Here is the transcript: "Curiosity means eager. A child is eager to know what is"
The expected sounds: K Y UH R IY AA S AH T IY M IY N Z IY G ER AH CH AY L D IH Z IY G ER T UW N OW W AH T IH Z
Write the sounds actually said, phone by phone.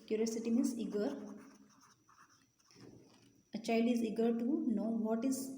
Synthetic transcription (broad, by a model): K Y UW R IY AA S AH T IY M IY Z IY G ER AH CH AY L D IH Z IY G ER T UW N OW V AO T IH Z